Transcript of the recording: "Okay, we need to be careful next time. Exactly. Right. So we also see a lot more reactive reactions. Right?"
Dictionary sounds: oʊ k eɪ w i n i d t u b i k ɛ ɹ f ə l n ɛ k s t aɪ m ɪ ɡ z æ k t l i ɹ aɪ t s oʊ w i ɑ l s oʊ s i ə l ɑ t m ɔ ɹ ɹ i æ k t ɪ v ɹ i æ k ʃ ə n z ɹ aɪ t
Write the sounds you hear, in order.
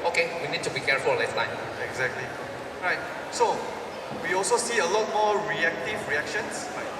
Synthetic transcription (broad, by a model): oʊ k eɪ w i n i d t u b i k ɛ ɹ f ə l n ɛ s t aɪ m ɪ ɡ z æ k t l i ɹ aɪ t s oʊ w i ɑ l s oʊ s i ə l ɑ t m ɔ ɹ ɹ i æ k t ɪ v ɹ i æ k ʃ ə n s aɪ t